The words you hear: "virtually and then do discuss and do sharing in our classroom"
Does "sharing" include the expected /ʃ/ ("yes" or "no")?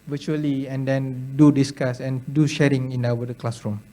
yes